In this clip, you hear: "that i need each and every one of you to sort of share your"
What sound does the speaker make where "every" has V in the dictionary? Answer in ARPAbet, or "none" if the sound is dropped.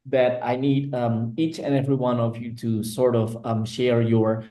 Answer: V